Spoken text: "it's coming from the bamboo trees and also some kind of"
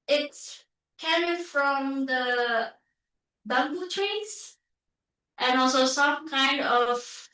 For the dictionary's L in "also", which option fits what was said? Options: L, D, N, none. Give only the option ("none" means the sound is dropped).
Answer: L